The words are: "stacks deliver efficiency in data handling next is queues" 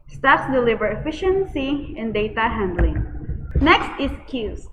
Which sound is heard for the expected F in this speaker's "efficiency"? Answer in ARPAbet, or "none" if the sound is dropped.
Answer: F